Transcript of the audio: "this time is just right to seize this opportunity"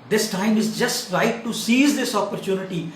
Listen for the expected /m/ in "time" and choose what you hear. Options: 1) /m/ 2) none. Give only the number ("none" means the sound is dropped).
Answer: 1